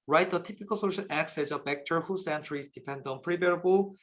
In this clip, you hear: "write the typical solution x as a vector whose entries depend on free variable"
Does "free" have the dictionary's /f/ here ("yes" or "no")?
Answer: no